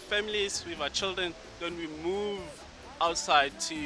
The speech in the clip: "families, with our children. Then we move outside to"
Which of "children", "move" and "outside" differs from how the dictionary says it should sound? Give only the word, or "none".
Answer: none